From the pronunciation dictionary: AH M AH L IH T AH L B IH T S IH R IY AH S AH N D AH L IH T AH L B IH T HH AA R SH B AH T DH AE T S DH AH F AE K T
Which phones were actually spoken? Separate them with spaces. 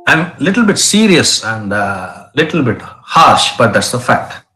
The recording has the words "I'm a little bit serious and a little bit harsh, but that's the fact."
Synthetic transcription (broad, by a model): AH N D L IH T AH L B IH T S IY R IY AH S AH N D L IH T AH L B IH T HH AA R SH B AH T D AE T S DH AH F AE K T